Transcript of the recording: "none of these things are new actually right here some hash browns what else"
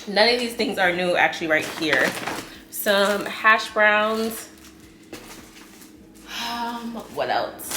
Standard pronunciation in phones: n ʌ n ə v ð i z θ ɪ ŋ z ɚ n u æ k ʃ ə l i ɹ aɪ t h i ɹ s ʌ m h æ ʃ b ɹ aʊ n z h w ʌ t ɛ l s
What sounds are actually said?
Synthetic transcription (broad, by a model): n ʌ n ə v ð i z θ ɪ ŋ z ɚ n u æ k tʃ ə l i ɹ aɪ t h i ɹ s ʌ m h æ ʃ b ɹ aʊ n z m w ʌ t ɛ l s